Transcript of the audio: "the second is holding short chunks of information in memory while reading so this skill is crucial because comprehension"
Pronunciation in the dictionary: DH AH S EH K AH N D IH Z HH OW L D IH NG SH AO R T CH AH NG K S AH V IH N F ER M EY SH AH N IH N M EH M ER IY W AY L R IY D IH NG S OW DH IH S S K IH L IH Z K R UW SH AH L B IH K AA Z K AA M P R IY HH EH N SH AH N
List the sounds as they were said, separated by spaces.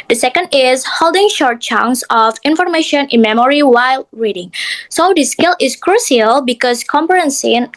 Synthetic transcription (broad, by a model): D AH S EH K AH N D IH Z HH OW L D IH NG SH AO R T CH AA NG S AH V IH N F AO M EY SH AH N IH N M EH M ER IY W AY L R IY D IH NG S OW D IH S S K IH L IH S K R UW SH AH L B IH K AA S K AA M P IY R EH N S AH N